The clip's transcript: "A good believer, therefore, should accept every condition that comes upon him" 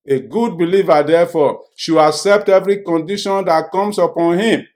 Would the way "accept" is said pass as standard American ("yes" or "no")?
yes